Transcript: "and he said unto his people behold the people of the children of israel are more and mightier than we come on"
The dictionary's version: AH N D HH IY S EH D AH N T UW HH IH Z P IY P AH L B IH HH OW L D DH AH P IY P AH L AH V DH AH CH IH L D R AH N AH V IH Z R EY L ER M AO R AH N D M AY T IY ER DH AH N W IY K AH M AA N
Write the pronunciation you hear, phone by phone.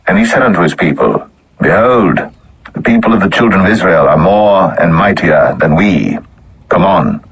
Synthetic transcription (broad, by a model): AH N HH IY S EH D AH N T UW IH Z P IY P AH L B IH HH OW L D DH AH P IY P AH L AH V DH AH CH IH L D R AH N AH V IH Z R EY L ER M AO R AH N M AY T IY ER DH AH N W IY K AH M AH N